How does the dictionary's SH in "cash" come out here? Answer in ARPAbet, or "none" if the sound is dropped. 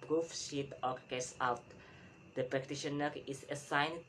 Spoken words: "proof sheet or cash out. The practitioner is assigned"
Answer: S